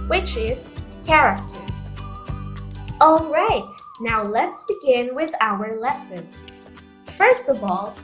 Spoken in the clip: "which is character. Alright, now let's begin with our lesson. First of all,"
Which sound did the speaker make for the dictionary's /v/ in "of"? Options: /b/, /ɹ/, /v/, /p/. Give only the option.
/v/